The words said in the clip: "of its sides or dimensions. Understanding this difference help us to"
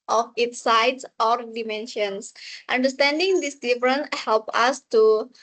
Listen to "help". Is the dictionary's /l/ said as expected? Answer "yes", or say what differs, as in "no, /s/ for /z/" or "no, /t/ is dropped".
yes